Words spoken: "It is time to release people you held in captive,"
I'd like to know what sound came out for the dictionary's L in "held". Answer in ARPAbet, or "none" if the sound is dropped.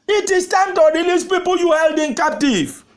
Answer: L